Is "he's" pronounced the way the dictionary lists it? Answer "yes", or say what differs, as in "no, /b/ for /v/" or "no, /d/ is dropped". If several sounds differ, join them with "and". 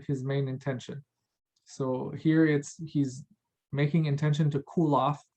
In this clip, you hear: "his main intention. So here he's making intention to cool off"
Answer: yes